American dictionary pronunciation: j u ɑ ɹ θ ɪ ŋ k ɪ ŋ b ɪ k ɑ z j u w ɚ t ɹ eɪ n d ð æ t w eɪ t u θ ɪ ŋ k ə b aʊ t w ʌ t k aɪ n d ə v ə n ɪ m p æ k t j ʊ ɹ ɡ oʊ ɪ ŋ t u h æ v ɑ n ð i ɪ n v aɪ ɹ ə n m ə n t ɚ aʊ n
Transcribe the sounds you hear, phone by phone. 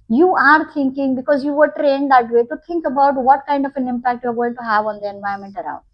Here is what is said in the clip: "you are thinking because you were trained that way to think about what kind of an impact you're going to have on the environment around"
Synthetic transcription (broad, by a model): j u ɑ ɹ t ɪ ŋ k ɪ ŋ b ɪ k ɑ z j u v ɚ t ɹ eɪ n d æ t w eɪ t u t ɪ ŋ k ə b aʊ t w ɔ t k aɪ n d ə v ə n ɪ m p æ k t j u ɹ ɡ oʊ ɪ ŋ t u h æ v ɑ n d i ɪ n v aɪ ə m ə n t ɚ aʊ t